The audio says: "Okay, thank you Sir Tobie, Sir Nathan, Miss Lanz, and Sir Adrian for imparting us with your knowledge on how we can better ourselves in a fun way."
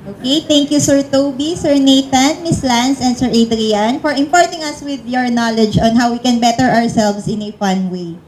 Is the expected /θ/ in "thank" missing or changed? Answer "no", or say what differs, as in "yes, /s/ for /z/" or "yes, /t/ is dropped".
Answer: yes, /t/ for /θ/